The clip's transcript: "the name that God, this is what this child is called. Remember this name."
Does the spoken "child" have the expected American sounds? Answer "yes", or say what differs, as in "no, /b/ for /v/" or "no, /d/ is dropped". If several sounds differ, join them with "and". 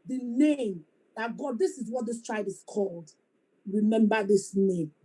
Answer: no, /l/ is dropped